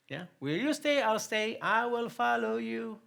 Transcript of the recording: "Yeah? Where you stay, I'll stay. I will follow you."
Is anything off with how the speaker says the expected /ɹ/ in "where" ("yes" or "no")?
yes